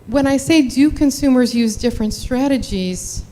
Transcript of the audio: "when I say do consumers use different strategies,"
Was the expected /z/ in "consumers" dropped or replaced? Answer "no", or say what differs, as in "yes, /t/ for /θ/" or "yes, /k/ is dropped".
no